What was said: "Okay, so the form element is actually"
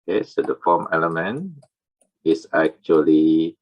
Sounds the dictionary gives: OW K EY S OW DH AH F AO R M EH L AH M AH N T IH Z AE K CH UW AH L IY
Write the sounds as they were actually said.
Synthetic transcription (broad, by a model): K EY S OW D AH F AO M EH L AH M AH N IH S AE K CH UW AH L IY